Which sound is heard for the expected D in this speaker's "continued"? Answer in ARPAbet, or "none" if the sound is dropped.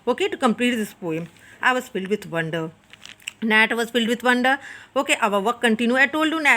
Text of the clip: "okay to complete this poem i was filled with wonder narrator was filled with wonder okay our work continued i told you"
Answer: none